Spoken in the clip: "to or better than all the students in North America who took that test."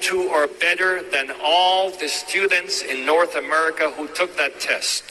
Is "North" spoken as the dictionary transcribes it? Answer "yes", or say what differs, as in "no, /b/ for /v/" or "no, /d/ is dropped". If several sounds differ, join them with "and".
yes